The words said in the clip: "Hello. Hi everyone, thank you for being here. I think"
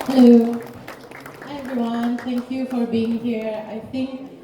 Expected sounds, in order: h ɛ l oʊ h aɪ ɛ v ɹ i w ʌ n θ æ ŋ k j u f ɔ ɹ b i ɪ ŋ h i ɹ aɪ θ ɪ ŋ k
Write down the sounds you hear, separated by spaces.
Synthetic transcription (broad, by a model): h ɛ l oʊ ɛ v ɹ i w ʌ n t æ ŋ k j u f ɔ ɹ b i ɪ ŋ h i ɹ aɪ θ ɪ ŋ k